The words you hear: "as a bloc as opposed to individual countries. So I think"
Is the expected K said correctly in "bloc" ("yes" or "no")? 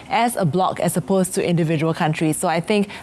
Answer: yes